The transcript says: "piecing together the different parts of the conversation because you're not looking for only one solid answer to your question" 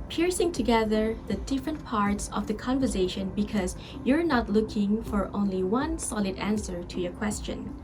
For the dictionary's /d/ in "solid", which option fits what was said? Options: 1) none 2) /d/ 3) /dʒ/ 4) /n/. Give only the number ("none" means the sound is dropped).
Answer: 2